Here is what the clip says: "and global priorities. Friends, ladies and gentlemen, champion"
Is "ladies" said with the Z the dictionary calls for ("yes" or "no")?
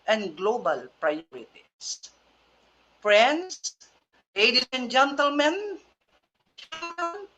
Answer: no